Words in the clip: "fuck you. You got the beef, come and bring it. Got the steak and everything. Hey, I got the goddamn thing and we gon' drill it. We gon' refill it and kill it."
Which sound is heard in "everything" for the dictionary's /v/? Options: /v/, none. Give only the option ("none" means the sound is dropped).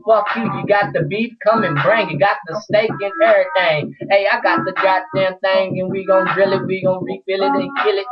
none